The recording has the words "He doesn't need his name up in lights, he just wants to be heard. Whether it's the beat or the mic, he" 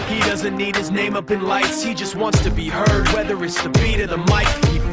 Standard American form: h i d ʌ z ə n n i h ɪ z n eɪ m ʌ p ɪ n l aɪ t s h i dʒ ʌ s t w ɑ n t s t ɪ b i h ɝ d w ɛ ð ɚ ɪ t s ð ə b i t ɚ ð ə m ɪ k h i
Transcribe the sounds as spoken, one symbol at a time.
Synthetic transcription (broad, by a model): h i d ʌ z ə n n i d ɪ z n eɪ m ʌ p ɪ n l aɪ t s h i dʒ ʌ s t w ɑ n t s t ɪ b i h ɝ d w ɛ ð ɚ ɪ t s ð ə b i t ɚ ð ə m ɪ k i